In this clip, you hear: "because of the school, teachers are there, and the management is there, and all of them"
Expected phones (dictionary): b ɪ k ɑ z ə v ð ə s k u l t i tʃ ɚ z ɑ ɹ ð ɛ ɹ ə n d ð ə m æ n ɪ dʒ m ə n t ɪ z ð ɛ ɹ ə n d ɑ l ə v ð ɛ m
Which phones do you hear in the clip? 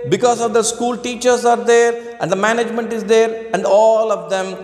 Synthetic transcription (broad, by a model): b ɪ k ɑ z ə v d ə s k u l t i tʃ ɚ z ɑ ɹ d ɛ ɹ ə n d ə m æ n ɪ dʒ m ə n t ɪ z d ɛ ɹ ə n d ɑ l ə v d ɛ m